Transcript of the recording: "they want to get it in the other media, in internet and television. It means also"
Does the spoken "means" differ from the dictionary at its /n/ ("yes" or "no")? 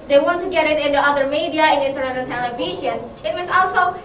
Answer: yes